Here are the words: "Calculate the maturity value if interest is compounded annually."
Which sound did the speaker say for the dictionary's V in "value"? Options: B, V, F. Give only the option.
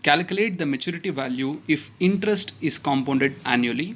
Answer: V